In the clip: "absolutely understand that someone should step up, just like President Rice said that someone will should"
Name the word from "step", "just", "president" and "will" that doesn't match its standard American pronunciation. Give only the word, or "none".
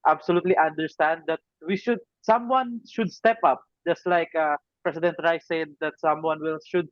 president